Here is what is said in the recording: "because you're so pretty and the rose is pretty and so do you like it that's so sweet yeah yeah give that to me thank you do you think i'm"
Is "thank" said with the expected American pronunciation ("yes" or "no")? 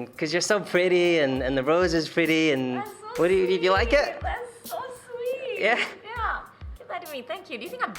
yes